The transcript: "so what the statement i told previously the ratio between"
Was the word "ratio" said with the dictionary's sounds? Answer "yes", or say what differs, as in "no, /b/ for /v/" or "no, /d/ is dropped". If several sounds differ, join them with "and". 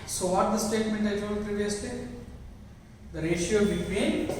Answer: yes